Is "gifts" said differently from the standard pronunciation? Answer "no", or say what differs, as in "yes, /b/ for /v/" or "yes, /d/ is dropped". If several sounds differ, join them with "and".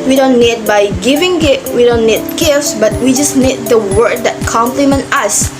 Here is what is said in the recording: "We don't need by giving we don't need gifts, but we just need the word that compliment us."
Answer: no